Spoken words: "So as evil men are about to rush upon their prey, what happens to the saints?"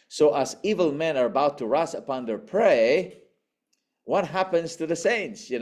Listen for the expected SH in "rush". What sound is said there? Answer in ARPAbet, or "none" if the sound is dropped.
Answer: S